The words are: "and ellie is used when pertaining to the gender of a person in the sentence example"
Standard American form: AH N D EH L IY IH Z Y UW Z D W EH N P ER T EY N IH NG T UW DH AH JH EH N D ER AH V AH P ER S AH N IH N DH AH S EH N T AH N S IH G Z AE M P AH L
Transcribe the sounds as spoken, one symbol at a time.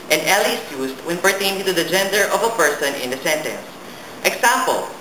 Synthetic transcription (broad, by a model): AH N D EH L IY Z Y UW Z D W EH N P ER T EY IH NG T UW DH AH JH EH N D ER AH V AH P ER S AH N IH N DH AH S EH N T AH N S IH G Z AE M P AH L